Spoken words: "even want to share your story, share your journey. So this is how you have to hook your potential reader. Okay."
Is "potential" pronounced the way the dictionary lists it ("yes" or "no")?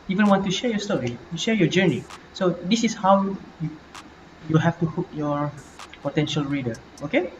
yes